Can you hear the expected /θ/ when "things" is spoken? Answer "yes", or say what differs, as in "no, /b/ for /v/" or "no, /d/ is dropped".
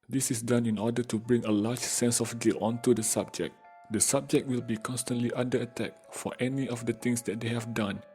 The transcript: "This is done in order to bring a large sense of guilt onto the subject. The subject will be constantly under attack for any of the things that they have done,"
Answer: no, /t/ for /θ/